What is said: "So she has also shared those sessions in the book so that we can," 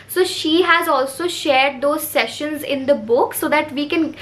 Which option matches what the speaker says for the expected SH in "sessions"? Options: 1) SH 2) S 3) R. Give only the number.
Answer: 1